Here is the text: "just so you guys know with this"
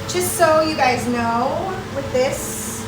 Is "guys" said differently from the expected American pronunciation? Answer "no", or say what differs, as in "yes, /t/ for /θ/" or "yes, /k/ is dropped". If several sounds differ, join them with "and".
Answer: no